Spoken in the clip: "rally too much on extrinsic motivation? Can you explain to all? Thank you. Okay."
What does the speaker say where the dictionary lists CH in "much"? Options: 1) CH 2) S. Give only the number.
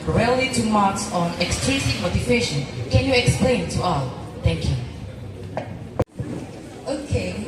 2